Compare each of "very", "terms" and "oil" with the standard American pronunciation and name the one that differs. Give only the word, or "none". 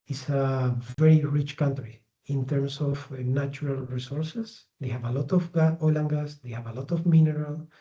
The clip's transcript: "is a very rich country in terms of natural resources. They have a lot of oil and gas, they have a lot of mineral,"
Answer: terms